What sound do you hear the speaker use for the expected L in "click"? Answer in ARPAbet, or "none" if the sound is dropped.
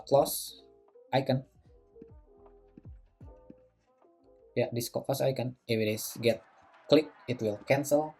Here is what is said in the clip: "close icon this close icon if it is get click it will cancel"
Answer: L